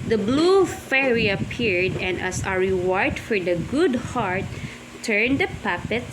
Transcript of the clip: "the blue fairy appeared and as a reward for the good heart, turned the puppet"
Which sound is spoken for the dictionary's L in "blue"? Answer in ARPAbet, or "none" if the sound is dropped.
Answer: L